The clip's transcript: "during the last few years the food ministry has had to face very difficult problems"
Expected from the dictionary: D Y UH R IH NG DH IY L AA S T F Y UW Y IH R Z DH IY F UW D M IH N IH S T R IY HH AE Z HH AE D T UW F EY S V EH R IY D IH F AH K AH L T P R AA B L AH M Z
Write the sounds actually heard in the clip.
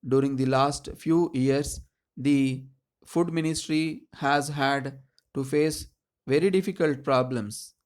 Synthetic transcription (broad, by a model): D Y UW R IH NG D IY L AA S T F Y UW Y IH R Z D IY F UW D M IH N IH S T R IY HH AE Z HH AE D T UW F EY S V EH R IY D IH F AH K AH L T P R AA B L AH M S